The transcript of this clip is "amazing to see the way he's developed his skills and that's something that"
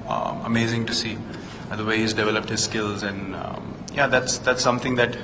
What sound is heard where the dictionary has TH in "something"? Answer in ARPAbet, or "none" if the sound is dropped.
T